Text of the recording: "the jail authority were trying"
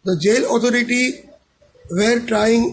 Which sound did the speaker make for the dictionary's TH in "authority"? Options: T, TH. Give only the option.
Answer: T